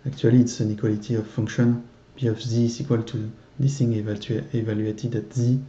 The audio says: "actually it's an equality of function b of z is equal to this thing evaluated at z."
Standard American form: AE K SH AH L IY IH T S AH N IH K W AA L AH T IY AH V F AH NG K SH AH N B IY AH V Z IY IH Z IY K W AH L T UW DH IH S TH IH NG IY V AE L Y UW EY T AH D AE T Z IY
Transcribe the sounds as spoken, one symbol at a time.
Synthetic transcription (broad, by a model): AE K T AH L IY T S AH N IH K W AA L AH T IY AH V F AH NG K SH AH N B IY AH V Z IY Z IY K W AH L T UW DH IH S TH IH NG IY V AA L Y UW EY T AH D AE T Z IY